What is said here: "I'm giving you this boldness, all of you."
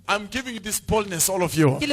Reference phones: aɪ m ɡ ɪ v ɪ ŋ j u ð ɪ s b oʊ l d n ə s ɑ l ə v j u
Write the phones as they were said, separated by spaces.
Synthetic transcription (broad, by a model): aɪ m ɡ ɪ v ɪ ŋ j u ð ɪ s b oʊ l d n ə s ɑ l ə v j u